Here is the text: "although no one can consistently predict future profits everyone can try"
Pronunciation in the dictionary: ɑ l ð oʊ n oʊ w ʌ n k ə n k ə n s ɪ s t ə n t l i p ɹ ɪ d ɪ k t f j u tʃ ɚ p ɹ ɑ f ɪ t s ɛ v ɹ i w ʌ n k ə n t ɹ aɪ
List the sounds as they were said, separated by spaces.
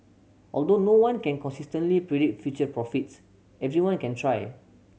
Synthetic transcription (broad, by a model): ɑ l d oʊ n oʊ w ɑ n k ə n k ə n s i s t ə n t l i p ɹ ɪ d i t f j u tʃ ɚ p ɹ ɑ f ɪ t s ɛ v ɹ i w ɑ n k ə n t ɹ aɪ